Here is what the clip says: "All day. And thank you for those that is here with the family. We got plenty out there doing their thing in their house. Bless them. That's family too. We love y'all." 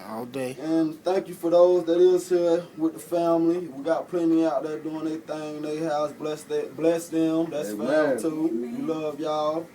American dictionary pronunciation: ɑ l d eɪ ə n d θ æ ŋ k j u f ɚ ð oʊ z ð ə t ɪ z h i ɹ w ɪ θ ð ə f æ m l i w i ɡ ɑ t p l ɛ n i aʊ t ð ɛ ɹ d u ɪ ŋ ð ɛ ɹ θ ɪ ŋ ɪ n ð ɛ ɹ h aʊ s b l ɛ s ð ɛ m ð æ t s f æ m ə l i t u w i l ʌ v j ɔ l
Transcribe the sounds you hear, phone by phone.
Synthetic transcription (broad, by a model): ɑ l d eɪ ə n θ æ ŋ k j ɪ f ɚ ð oʊ z ð ə t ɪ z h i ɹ w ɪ ð ə f æ m l i w i ɡ ɑ t p l ɛ n i aʊ t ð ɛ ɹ d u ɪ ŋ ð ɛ θ ɪ ŋ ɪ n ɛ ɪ h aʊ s b l ɛ s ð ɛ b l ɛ s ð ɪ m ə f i t u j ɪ l ʌ v j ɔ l